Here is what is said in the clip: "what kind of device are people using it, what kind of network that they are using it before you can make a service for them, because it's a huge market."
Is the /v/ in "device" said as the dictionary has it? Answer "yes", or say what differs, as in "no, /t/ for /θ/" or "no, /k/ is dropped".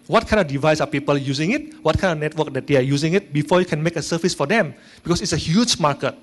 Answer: yes